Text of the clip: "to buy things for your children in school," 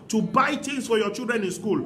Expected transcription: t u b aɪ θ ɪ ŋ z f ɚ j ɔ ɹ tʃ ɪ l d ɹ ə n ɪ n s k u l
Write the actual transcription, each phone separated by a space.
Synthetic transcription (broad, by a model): t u b aɪ t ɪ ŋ s f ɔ j ɔ tʃ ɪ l d ɹ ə n ɪ n s k u l